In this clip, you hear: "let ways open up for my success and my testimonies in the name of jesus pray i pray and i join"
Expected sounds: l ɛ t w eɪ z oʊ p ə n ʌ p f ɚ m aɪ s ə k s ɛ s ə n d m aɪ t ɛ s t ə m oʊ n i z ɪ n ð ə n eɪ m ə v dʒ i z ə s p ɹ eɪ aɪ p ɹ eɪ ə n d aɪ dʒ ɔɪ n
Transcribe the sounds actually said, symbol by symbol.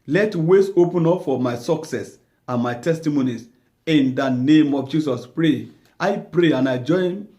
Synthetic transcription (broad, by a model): l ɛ t w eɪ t oʊ p ə n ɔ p f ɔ m aɪ s ə k s ɛ s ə n m aɪ t ɛ s t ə m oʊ n i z ɪ n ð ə n eɪ m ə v dʒ i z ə s p ɹ eɪ aɪ p ɹ eɪ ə n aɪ dʒ ɔɪ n